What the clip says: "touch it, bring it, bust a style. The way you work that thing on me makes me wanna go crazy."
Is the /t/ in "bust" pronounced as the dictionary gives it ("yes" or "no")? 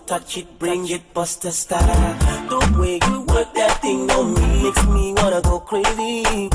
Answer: yes